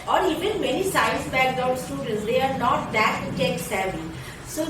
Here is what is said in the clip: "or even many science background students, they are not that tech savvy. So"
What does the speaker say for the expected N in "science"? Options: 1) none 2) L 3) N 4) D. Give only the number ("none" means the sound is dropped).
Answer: 1